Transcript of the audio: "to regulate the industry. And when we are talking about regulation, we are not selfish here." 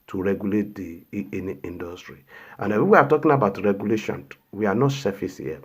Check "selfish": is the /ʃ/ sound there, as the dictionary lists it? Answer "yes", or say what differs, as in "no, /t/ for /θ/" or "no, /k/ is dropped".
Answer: no, /s/ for /ʃ/